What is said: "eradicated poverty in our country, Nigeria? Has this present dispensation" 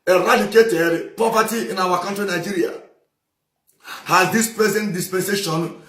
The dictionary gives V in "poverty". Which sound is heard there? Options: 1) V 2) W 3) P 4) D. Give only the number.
3